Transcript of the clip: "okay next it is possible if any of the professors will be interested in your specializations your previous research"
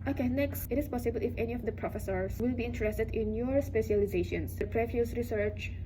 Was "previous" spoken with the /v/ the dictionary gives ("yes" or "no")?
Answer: no